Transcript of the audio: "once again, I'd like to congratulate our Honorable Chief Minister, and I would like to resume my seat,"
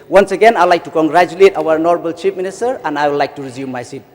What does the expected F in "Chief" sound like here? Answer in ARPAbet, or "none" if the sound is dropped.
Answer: P